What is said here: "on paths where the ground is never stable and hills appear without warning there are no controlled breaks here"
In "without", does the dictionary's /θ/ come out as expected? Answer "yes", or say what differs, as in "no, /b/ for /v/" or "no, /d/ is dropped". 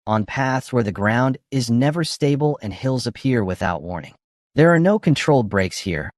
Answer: yes